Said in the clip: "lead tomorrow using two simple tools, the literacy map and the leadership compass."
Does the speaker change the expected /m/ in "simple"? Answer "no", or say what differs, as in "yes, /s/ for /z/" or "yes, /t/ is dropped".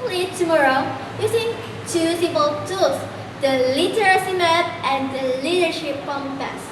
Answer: yes, /m/ is dropped